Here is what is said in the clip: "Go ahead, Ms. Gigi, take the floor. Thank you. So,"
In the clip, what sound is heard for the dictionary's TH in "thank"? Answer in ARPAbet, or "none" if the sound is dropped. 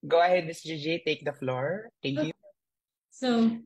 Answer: T